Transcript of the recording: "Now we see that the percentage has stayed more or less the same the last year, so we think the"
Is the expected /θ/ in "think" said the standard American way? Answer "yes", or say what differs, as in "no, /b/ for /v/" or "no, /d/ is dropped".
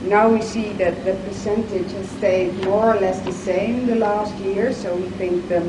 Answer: yes